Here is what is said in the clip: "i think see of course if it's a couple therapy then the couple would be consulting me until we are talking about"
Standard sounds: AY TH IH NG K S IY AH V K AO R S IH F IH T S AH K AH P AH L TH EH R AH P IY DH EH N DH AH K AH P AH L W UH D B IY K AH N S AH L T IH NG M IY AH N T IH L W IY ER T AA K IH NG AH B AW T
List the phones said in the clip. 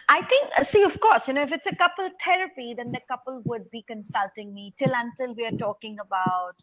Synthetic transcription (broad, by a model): AY T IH NG K S IY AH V K AO R S IH F IH T S AH K AH P AH L T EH R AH P IY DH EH N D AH K AH P AH L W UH D B IY K AH N S AH L T IH NG M IY AH N T IH L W IY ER T AA K IH NG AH B AW T